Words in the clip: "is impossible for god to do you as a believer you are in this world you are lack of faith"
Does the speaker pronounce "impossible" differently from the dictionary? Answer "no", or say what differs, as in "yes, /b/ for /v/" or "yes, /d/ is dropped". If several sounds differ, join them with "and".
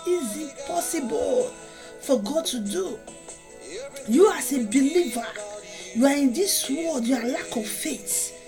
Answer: yes, /m/ is dropped